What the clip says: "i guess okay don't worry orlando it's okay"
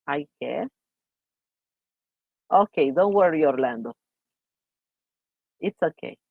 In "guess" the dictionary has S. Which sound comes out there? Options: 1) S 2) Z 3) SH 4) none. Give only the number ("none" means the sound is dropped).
4